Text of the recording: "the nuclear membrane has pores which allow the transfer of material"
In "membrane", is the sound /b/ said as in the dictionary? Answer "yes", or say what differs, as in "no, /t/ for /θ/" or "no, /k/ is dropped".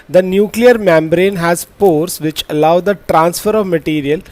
yes